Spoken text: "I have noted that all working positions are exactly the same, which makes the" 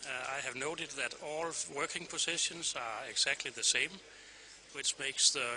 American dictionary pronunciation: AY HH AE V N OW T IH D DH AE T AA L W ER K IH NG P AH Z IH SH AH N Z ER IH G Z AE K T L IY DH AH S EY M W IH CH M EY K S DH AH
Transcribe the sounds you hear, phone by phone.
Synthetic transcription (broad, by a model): AY HH AE V N OW T IH D DH AE T AA L W ER K IH NG P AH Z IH SH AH N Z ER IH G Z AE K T L IY DH AH S EY M W IH CH M EY K S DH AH